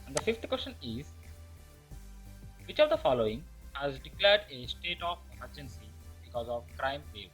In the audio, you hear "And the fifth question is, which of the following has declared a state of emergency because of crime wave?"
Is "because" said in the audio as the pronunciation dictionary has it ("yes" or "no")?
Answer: yes